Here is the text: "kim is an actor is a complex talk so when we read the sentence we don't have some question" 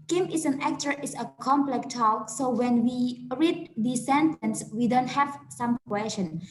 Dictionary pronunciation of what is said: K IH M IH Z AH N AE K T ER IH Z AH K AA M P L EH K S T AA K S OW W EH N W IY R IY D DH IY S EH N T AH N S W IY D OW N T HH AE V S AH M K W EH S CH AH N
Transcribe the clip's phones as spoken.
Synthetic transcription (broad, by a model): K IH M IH S AH N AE K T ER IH S AH K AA M P L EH K T AA K S OW W EH N W IY R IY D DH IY S EH N T AH N S W IY D OW N T HH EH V S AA M K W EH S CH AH N